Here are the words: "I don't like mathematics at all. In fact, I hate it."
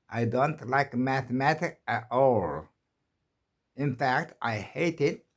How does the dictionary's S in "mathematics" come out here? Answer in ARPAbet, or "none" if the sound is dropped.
none